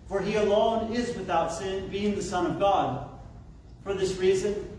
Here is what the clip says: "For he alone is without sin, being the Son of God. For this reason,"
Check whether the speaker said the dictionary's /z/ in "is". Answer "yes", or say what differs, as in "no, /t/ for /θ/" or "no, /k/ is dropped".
yes